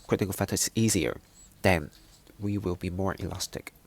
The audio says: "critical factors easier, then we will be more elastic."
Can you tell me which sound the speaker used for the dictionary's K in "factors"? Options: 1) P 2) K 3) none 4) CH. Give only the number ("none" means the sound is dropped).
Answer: 3